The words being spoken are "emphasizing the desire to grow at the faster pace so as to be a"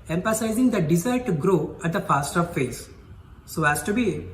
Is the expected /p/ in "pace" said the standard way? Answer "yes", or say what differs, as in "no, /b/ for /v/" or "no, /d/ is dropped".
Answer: no, /f/ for /p/